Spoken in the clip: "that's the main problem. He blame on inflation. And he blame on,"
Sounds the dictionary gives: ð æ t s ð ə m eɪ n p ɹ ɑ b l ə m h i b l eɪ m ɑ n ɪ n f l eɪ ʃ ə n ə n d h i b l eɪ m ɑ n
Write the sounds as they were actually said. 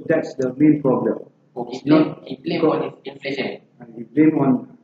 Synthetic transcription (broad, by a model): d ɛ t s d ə m eɪ n p ɹ ɑ b l ə m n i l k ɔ ɑ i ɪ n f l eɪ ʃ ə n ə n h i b l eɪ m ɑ n